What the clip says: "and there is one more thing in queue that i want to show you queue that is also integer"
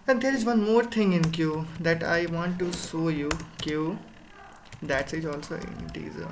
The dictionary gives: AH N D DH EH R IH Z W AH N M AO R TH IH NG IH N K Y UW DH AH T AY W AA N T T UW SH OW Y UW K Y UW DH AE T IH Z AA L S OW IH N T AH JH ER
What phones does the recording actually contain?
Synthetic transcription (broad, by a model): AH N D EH R IH Z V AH N M AO R T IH NG IH N K Y UW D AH T AY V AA N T T UW S OW Y UW K Y UW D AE T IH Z AA L S OW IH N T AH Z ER